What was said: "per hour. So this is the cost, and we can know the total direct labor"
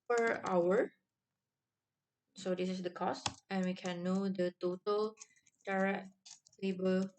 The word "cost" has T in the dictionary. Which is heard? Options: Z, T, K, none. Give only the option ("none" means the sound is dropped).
T